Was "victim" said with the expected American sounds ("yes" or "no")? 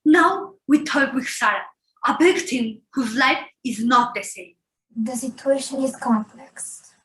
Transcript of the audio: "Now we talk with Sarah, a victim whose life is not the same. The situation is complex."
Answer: no